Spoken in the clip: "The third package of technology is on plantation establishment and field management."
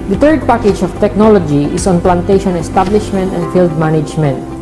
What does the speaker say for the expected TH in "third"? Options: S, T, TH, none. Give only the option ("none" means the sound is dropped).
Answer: T